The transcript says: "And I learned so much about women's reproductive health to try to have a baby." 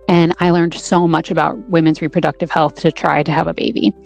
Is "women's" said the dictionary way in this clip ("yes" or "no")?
yes